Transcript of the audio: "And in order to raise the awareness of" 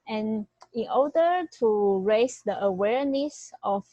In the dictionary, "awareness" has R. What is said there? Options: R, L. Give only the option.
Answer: R